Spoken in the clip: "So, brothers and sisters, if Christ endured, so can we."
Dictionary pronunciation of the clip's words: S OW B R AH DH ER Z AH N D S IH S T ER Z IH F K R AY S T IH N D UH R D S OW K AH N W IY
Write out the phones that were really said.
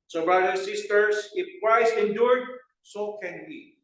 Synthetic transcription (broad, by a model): S OW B R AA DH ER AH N S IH S T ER S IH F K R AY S IH N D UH R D S OW K AH N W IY